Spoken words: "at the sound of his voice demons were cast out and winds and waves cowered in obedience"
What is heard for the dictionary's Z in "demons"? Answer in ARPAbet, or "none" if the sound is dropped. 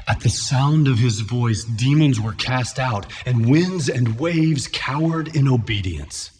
Z